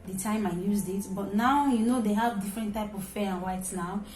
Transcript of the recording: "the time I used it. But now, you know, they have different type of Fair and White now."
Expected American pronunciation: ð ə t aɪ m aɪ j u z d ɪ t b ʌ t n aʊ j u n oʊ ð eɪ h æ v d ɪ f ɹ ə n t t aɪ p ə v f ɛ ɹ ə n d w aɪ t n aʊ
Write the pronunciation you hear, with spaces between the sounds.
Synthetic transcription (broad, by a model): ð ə t aɪ m aɪ j u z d ɪ t b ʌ t n aʊ j u n oʊ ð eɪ h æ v d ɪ f ɹ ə n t t aɪ p ə v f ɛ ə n w aɪ t n aʊ